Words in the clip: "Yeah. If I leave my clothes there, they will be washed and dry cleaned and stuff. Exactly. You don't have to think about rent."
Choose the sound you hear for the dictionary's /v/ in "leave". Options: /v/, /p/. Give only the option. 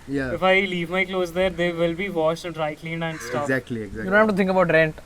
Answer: /v/